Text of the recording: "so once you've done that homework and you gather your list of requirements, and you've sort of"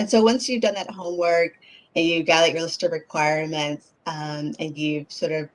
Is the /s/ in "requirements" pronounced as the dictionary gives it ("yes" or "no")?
yes